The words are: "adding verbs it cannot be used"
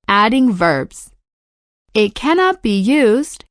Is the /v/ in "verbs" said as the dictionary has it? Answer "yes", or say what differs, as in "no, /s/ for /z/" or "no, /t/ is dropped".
yes